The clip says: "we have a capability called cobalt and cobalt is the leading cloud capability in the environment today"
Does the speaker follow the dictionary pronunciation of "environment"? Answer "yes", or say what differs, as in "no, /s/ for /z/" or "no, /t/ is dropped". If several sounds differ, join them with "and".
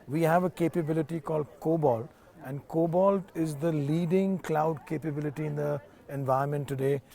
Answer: no, /ɹ/ is dropped